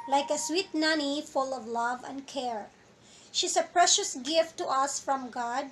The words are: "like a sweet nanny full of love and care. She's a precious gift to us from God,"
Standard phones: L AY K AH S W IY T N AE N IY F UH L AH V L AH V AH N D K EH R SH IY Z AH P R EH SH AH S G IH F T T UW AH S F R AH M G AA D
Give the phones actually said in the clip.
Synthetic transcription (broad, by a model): L AY K AH S W IY T N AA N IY F UH L AH V L AH V AH N D K EH R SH IY S AH P R EH SH AH S G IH F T T UW AH S F R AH M G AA D